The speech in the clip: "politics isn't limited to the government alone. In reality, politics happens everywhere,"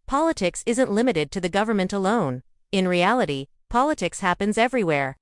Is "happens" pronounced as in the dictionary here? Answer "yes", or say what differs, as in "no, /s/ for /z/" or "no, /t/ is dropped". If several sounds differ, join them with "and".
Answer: yes